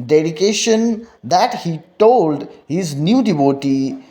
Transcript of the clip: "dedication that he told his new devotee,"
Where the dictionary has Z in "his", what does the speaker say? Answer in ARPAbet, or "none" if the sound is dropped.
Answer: Z